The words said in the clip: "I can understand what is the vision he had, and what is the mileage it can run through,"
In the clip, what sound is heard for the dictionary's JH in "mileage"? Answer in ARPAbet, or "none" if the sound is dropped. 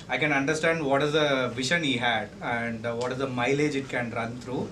JH